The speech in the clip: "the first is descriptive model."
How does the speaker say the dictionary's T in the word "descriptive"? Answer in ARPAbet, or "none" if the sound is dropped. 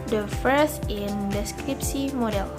S